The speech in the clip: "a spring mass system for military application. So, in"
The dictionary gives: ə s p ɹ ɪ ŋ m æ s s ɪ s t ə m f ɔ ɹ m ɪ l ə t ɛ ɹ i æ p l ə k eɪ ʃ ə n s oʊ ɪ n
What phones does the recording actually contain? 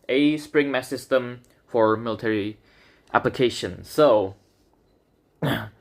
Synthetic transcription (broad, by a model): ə s p ɹ ɪ ŋ m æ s s ɪ s t ə m f ɔ ɹ m ɪ l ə t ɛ ɹ i æ p l ə k eɪ ʃ ə n s oʊ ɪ